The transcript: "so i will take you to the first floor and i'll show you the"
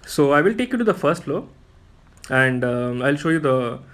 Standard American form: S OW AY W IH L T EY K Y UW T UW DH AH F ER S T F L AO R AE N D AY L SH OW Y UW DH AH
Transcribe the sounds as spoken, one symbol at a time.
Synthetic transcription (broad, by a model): S OW AY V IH L T EY K Y UW T UW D AH F ER S T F L AO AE N D AY L SH OW Y UW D AH